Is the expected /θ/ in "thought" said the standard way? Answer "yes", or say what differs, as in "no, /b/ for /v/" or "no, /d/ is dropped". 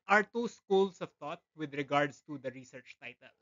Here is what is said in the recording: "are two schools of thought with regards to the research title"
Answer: no, /t/ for /θ/